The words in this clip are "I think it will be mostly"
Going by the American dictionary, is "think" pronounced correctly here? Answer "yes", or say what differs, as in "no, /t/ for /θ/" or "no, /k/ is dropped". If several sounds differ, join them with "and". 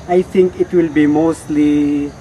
no, /t/ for /θ/